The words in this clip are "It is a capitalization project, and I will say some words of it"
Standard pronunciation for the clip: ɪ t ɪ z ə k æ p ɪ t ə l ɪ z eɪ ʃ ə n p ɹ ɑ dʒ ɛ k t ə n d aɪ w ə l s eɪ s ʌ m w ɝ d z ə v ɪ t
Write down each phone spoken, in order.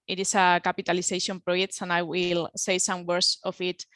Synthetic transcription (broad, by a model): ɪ t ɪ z ə k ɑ p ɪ t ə l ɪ s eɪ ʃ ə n p ɹ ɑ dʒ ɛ k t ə n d aɪ w ə l s eɪ s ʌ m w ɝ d s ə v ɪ t